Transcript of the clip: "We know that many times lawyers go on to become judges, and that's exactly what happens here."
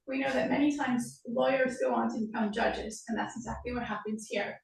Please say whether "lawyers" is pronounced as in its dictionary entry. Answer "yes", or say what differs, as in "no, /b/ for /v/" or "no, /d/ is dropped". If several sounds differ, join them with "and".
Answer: yes